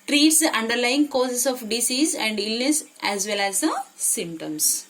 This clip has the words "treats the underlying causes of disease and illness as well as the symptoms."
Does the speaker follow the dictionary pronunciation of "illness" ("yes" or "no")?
yes